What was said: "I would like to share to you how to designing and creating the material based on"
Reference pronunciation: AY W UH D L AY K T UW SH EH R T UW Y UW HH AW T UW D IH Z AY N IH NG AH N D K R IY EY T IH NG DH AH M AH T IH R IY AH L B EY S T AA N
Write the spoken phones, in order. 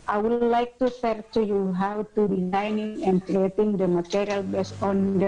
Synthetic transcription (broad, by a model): AY W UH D L AY K T UW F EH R T UW Y UW HH AW T UW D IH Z AY N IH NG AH N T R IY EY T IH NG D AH M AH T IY R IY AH L B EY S AA N